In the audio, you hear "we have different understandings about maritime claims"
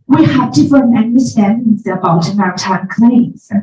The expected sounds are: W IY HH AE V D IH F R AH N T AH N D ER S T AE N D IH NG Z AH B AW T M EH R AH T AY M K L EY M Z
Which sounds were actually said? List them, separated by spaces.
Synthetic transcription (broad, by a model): W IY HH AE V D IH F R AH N AH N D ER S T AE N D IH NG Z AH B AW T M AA AH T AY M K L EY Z